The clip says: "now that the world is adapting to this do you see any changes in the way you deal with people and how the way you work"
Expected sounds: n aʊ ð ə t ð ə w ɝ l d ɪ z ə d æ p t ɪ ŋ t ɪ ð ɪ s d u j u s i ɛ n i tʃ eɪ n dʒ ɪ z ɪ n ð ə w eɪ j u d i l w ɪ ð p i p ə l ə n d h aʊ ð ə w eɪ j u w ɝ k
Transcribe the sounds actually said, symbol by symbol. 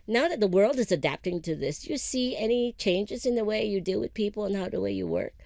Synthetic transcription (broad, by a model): n aʊ ð ə t ð ə w ɝ l d ɪ z ə d æ p t ɪ ŋ t ɪ ð ɪ s j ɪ s i ɛ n i tʃ eɪ n dʒ ɪ z ɪ n ð ə w eɪ j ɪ d i l w ɪ ð p i p l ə n h aʊ ð ə w eɪ j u w ɝ k